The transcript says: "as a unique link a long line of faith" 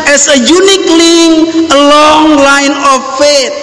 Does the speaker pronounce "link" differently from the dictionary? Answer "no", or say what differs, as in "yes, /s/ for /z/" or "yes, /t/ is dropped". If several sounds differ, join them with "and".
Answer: yes, /k/ is dropped